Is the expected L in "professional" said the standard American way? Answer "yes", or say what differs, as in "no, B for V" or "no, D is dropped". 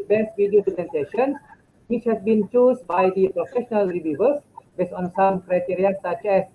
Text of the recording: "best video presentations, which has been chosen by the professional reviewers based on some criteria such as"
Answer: yes